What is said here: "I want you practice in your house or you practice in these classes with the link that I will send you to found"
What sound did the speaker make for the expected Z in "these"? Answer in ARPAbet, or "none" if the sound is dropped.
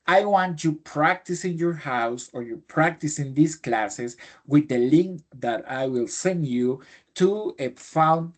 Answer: S